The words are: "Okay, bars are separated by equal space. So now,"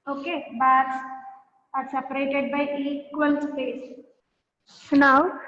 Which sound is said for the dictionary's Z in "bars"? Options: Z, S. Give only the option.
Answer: S